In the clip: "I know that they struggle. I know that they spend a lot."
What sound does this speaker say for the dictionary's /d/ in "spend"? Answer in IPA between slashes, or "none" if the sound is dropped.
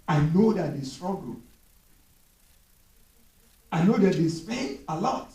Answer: none